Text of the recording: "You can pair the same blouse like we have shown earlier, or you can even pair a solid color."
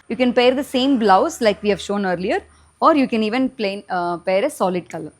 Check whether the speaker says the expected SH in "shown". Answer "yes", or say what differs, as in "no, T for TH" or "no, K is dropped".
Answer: yes